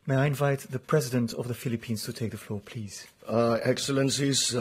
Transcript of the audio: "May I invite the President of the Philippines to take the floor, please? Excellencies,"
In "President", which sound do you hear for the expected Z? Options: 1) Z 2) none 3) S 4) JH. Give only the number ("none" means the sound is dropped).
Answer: 1